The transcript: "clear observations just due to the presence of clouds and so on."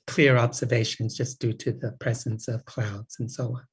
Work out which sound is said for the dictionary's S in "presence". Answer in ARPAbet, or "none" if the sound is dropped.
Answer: S